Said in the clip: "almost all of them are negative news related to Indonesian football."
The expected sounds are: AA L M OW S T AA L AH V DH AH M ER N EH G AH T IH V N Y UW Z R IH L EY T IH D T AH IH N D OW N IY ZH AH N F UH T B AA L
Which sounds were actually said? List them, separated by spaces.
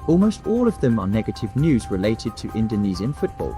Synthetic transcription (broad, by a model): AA L M OW S T AA L AH V DH AH M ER N EH G AH T IH V N Y UW Z R IH L EY T IH D T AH IH N D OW N IY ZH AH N F UH T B AA L